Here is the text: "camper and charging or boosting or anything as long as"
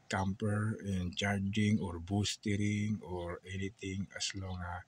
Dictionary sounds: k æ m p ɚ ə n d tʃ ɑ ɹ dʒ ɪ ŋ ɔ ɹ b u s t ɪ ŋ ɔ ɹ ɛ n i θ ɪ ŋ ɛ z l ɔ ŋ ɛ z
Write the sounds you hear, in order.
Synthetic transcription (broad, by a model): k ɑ m p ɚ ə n tʃ ɑ ɹ dʒ ɪ ŋ ɔ ɹ b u s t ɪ ŋ ɔ ɹ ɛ n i t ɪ ŋ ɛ s l ɔ ŋ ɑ